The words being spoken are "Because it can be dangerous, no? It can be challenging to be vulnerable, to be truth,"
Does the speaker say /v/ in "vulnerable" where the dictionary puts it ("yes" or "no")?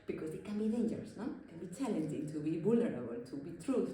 no